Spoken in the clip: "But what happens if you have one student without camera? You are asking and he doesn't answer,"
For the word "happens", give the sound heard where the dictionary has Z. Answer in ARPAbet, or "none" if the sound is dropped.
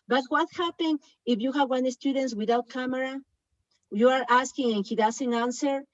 none